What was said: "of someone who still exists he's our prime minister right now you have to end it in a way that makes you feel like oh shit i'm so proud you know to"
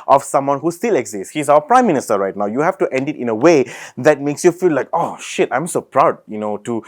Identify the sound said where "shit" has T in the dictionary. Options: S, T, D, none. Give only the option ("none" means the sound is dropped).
T